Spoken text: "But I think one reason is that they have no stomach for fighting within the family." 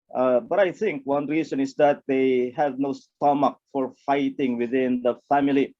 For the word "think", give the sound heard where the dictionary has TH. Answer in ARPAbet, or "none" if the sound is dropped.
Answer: T